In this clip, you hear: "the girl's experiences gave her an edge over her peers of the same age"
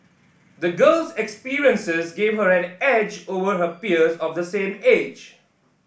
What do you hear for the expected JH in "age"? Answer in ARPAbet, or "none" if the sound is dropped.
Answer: JH